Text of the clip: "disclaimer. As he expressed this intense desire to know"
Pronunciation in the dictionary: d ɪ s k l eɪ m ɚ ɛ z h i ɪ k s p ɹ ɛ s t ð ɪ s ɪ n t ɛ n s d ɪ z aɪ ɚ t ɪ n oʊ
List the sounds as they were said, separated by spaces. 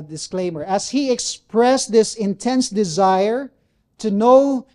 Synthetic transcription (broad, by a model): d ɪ s k l eɪ m ɚ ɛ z h i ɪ k s p ɹ ɛ s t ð ɪ s ɪ n t ɛ n s d ɪ z aɪ ɚ t ɪ n oʊ